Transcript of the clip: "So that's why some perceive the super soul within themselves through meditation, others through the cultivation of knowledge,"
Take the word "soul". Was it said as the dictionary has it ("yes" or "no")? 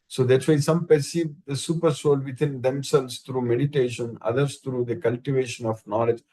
yes